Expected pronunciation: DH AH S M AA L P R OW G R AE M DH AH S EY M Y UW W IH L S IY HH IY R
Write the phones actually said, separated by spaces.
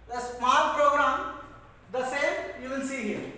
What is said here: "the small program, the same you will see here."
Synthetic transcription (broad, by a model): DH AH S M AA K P R OW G R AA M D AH S EY M Y UW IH N S IY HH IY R